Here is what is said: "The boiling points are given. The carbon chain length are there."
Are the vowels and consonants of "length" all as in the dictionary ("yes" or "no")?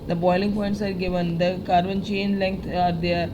no